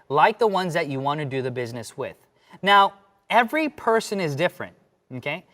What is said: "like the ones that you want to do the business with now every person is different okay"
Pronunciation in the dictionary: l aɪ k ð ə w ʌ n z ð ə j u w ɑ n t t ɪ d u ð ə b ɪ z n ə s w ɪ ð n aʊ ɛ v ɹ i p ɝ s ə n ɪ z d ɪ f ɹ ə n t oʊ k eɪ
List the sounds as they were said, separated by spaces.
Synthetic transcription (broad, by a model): l aɪ k ð ə w ʌ n z ð ə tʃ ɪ w ɑ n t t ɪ d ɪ ð ə b ɪ z n ə s w ɪ ð n aʊ ɛ v ɹ i p ɝ s ə n ɪ z d ɪ f ɹ ə n t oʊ k eɪ